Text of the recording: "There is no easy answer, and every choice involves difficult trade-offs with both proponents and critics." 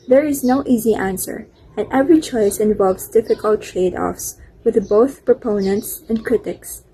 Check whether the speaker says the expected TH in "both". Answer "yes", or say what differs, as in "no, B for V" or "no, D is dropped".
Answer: yes